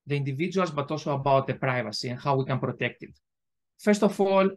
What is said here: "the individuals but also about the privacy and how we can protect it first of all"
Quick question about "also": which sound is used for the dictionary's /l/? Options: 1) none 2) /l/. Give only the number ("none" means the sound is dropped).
2